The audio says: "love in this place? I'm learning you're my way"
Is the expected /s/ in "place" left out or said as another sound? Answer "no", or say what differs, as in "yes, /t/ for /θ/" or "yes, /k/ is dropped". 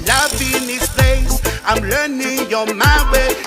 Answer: yes, /s/ is dropped